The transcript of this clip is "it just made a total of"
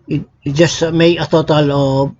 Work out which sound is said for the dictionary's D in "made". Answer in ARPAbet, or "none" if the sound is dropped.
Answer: none